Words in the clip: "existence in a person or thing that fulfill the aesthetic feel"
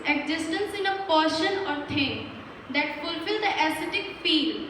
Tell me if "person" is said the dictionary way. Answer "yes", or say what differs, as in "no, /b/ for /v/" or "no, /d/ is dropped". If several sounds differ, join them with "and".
no, /ʃ/ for /s/